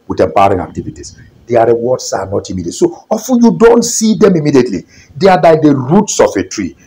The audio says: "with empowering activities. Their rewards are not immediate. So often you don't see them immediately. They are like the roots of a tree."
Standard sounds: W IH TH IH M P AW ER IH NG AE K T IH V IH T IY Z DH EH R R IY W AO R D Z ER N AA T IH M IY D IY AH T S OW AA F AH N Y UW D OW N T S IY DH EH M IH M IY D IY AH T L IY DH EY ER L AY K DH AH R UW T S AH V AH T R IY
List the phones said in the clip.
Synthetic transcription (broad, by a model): W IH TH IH M P AW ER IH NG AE K T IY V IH T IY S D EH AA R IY W AO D S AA N AA T IH M IY D IY AH T S OW AA F AH N Y UW D OW N T S IY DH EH M IH M IY D IY AH T L IY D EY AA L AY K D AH R UW T S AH F AH T R IY